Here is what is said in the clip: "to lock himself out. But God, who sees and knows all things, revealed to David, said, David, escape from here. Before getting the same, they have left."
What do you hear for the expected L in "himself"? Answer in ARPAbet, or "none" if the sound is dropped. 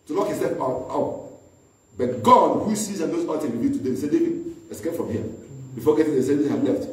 none